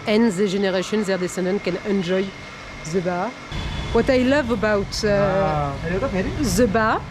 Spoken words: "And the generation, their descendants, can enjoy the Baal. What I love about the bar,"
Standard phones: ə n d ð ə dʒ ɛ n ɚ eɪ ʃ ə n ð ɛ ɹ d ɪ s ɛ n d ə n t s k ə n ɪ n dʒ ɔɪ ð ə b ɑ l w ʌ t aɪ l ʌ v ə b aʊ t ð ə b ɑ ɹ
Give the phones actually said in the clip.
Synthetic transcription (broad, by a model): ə n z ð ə ʒ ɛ n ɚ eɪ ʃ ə n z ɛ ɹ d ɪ s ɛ n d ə n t k ə n ɪ n dʒ ɔɪ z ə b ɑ w ʌ t aɪ l ʌ v ə b aʊ t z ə b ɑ